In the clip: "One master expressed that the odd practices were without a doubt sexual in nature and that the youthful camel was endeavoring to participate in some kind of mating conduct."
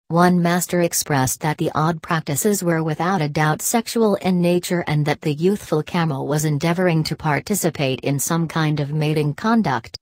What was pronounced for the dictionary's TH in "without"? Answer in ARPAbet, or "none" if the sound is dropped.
TH